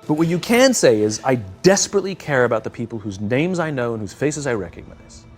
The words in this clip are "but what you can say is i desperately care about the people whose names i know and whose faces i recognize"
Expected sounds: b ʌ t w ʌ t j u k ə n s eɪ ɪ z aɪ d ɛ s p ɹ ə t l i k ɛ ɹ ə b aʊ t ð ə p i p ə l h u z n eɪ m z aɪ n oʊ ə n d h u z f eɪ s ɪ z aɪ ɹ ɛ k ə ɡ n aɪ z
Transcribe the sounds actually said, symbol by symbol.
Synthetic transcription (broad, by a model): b ʌ t w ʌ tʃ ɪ k ə n s eɪ ɪ z aɪ d ɛ s p ɹ ə t l i k ɛ ɹ ə b aʊ t ð ə p i p l h u z n eɪ m z aɪ n oʊ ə n h u z f eɪ s ɪ z aɪ ɹ ɛ k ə ɡ n aɪ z